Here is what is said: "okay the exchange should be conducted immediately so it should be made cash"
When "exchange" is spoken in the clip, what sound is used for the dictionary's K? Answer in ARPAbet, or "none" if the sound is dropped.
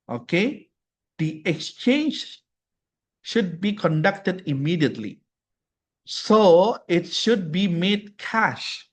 K